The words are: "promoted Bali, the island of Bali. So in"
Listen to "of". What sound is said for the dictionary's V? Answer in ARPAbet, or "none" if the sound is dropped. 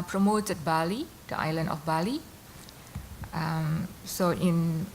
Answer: F